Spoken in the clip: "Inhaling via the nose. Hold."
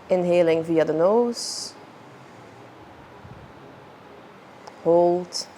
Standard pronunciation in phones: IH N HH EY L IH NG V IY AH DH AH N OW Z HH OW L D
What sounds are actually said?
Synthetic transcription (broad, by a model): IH N HH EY L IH NG V IY AH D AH N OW S HH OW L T